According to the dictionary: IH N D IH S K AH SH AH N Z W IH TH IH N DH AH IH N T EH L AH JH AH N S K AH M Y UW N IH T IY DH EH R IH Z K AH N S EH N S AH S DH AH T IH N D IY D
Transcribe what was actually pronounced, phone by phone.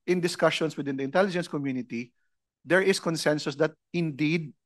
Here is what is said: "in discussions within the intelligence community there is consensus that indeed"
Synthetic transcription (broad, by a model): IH N D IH S K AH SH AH N S W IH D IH N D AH IH N T EH L AH JH AH N S K AH M Y UW N IH T IY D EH R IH S K AH N S EH N S AH S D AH T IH N D IY D